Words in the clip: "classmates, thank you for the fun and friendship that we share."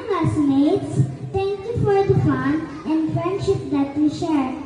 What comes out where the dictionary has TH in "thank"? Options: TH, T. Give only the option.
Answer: T